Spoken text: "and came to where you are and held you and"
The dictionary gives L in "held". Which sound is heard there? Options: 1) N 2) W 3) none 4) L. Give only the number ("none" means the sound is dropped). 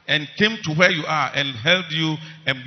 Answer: 4